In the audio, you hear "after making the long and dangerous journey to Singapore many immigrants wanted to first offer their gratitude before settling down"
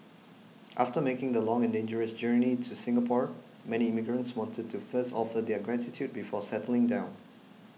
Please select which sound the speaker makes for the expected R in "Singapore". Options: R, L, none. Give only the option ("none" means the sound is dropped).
R